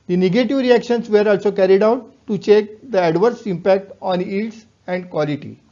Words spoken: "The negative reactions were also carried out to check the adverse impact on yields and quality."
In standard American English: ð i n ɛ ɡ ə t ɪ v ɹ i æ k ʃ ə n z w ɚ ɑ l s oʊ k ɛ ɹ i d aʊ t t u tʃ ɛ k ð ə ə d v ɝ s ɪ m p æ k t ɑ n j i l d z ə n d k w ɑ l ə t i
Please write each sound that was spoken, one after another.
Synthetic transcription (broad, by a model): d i n ɛ ɡ ə t ɪ v ɹ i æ k ʃ ə n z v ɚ ɑ l s oʊ k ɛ ɹ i d aʊ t t u tʃ ɛ k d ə ə d v ɝ s ɪ m p æ k t ɑ n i d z ə n d k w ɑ l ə t i